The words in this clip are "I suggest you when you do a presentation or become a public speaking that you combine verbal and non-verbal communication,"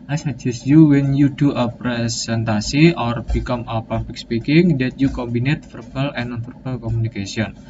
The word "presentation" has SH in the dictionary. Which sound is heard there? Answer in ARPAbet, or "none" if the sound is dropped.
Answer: S